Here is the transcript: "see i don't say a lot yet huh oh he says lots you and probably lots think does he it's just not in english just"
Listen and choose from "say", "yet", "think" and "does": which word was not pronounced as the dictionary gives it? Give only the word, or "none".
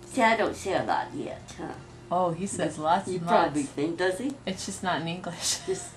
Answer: say